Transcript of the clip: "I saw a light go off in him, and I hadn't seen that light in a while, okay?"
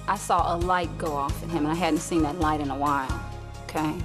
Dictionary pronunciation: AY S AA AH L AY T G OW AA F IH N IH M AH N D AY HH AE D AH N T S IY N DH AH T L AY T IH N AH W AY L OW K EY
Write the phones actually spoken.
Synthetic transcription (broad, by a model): AY S AA AH L AY T G OW AA F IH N IH M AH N AY HH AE D N T S IY N DH AH T L AY T IH N AH W AY N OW K EY